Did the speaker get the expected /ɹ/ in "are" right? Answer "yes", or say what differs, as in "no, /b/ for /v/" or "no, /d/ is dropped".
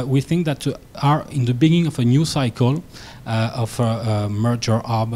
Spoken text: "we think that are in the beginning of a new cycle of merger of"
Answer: yes